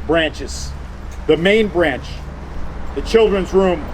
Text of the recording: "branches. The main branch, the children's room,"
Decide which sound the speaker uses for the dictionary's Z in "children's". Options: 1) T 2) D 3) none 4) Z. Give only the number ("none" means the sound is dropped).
4